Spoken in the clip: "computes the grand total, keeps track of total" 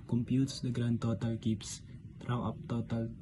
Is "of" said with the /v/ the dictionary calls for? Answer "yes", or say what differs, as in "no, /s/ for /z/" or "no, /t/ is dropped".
no, /p/ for /v/